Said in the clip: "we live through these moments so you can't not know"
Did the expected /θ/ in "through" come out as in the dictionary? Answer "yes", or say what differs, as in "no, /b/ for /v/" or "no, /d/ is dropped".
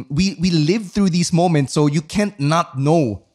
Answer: yes